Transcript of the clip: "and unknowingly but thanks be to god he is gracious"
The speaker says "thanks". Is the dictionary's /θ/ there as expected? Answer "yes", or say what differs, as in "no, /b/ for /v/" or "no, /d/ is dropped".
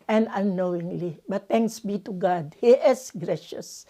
no, /t/ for /θ/